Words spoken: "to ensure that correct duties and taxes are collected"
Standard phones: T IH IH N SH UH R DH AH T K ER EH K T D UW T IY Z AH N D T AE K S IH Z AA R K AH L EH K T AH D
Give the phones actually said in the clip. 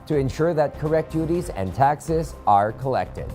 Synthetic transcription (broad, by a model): T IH IH N SH UH R DH AH T K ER EH K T D UW T IY Z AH N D T AE K S IH Z AA R K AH L EH K T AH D